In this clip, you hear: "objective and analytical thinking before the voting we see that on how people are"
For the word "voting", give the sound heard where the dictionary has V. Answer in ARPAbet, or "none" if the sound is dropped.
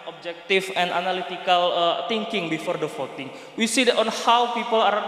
F